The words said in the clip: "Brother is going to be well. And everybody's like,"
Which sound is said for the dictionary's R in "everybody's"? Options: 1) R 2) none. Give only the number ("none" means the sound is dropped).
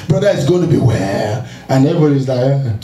2